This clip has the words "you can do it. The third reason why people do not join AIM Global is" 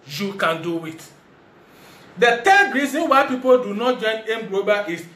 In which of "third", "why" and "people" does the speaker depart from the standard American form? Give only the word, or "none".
third